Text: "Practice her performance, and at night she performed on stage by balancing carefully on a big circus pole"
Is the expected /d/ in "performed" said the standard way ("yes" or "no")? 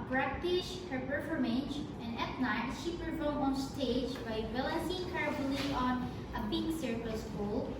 no